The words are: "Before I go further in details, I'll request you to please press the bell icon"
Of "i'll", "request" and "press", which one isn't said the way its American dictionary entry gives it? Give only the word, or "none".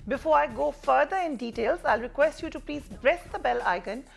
press